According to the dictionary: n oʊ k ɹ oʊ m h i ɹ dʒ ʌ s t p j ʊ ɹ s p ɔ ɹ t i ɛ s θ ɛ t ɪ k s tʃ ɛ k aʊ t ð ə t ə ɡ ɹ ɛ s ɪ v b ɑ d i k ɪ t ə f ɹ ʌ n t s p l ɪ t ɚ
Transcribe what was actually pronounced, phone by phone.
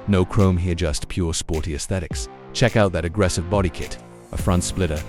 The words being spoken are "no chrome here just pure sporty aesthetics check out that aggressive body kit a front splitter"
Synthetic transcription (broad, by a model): n oʊ k ɹ oʊ m h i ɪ dʒ ʌ s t p j ʊ ɹ s p ɔ ɹ t i ɛ s θ ɛ t ɪ k s tʃ ɛ k aʊ t ð ə t ə ɡ ɹ ɛ s ɪ v b ɑ d i k ɪ t ə f ɹ ʌ n t s p l ɪ t ɚ